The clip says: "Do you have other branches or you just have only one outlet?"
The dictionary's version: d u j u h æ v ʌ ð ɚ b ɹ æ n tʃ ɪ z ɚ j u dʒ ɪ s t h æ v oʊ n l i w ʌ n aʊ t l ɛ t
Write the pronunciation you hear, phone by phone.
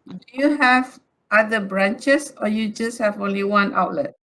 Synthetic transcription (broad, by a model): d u j u h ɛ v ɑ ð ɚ b ɹ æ n tʃ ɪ s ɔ j u dʒ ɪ s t h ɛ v oʊ n l i w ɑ n aʊ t l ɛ t